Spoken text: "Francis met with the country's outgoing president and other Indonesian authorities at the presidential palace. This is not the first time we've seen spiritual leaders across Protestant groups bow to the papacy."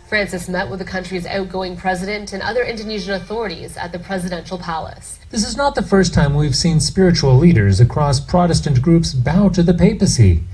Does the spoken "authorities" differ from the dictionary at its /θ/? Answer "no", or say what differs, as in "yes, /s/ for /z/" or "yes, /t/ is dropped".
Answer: no